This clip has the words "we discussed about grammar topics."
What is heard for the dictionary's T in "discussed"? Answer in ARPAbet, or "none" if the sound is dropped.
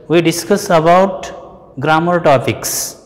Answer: none